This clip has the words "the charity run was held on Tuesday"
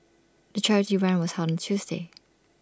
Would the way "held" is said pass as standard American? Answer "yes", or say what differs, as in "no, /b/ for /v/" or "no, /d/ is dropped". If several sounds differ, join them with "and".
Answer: no, /l/ is dropped